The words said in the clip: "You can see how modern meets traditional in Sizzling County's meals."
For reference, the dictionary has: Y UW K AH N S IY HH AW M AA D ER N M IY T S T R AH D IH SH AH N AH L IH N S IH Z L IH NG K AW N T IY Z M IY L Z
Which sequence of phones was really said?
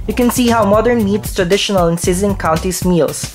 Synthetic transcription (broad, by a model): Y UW K AH N S IY HH AW M AA D ER N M IY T S T R AH D IH SH AH N AH L IH N S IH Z IH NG K AW N T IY S M IY L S